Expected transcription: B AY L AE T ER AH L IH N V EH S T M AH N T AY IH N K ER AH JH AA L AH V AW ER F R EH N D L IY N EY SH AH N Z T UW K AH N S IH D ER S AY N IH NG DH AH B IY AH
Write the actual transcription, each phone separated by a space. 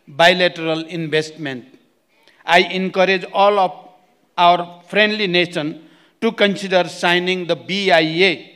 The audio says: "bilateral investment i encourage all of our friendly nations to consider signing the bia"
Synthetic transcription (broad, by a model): B AY L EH T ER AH L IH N B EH S T M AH N T AY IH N K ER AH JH AA L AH P AW ER P R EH N D L IY N EY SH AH N T UW K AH N S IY D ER S AY N IH NG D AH B IY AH